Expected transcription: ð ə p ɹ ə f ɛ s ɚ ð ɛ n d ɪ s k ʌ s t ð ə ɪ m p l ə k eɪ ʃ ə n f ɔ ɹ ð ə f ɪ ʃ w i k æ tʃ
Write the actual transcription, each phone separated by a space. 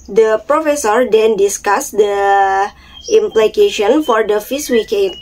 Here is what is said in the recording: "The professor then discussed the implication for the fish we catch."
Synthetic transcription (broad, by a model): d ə p ɹ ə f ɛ s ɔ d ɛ n d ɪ s k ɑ s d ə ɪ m p l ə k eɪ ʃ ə n f ɔ ɹ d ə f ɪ s w i k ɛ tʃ